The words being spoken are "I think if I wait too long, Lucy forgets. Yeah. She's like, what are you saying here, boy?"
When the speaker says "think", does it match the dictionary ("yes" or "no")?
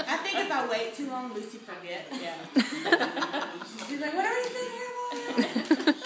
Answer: yes